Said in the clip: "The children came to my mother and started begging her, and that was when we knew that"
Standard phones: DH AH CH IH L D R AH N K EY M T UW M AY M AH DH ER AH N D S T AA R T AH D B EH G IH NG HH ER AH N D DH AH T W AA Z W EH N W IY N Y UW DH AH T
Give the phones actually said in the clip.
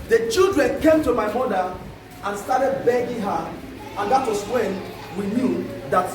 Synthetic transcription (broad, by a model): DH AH CH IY L D R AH N K EY M T UW M AY M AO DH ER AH N S T AA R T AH D B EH G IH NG HH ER AH N D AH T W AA S W EH N W IY N Y UW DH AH T